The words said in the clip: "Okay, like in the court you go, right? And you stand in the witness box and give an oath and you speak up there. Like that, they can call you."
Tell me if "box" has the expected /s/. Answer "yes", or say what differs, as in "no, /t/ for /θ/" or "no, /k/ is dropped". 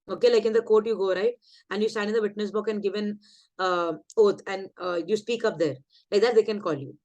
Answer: no, /s/ is dropped